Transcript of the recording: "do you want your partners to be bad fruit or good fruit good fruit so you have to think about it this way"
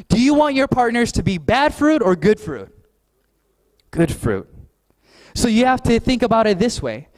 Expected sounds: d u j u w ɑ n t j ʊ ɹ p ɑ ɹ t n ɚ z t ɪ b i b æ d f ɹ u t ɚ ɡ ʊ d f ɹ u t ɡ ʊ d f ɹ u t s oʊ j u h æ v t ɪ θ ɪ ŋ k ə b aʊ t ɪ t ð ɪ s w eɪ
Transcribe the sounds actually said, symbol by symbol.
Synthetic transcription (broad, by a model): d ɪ j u w ɑ n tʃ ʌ ɹ p ɑ ɹ t n ɚ z t ɪ b i b æ d f ɹ u t ɚ ɡ ʊ d f ɹ u t ɡ ʊ d f ɹ u t s oʊ j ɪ h æ f t ɪ θ ɪ ŋ k ə b aʊ t ɪ t ð ɪ s w eɪ